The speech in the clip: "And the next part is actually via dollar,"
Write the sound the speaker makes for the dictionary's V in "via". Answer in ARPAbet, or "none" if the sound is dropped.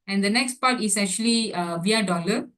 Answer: V